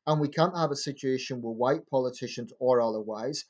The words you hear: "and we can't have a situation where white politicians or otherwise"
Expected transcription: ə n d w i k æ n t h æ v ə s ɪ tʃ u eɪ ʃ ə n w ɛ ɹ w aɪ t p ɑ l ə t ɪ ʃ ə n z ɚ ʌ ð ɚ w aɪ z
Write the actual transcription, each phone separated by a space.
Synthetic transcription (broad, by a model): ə n w i k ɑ n t h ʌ v ə s ɪ tʃ u eɪ ʃ ə n w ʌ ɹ w aɪ t p ɑ l ə t ɪ ʃ ə n z ɚ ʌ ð ɚ w aɪ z